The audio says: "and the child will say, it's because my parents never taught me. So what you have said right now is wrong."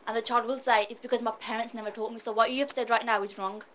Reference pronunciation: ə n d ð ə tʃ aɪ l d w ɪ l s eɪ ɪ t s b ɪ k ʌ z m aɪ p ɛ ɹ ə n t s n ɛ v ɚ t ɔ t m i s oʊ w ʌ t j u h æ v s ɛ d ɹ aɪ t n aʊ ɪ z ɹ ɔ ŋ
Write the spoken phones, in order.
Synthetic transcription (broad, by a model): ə n ð ə tʃ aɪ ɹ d w ɪ l s eɪ ɪ t s b ɪ k ʌ z m aɪ p ɛ ɹ ə n t s n ɛ v ɚ t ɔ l m i s oʊ w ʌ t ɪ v s ɛ d ɹ aɪ t n aʊ ɪ z ɹ ɔ ŋ